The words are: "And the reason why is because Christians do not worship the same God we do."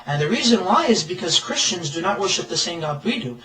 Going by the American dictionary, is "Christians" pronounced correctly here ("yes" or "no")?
yes